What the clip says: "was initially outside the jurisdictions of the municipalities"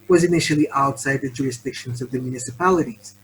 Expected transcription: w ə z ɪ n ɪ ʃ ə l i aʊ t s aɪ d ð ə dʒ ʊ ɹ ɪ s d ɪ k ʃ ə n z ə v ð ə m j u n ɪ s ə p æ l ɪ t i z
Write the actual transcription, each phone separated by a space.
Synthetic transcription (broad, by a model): w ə z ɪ n ɪ ʃ l i aʊ t s aɪ d ð ə dʒ ʊ ɹ ɪ s d ɪ k ʃ ə n z ə v ð ə m j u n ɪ s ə p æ l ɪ t i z